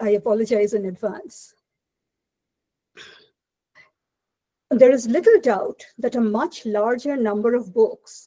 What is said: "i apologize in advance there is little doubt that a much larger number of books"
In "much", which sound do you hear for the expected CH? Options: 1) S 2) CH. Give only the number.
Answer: 2